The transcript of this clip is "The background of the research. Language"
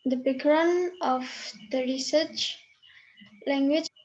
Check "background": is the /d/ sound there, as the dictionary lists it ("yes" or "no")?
no